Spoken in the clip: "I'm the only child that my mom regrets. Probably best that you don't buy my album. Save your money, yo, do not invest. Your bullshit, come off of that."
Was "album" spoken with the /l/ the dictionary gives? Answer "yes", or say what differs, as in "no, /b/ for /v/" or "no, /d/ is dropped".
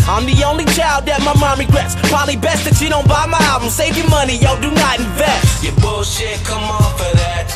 no, /l/ is dropped